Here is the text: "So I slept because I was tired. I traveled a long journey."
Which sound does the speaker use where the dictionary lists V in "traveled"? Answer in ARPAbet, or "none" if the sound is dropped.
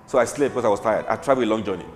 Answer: none